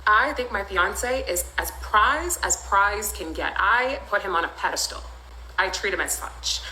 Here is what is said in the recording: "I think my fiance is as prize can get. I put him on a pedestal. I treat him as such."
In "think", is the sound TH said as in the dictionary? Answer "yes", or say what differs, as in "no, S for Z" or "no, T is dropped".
yes